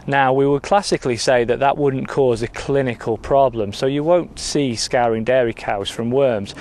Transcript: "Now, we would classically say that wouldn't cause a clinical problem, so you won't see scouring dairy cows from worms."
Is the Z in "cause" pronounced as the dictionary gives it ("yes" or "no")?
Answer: yes